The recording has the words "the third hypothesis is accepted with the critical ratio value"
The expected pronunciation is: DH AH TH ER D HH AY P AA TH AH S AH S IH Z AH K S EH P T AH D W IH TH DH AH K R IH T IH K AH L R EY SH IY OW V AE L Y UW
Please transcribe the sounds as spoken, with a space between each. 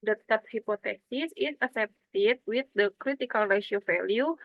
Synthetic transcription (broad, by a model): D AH T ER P HH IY P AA T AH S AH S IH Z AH S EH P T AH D W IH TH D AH K R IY T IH K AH L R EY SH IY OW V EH L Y UW